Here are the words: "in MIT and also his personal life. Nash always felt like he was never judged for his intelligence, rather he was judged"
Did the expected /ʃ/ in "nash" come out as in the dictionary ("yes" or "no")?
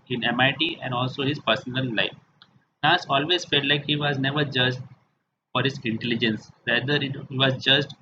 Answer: no